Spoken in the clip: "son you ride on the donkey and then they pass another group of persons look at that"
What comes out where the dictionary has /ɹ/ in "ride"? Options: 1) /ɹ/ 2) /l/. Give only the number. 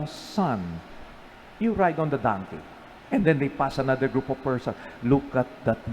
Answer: 1